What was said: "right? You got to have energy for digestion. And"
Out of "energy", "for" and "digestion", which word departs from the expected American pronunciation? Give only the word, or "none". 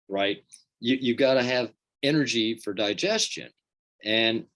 none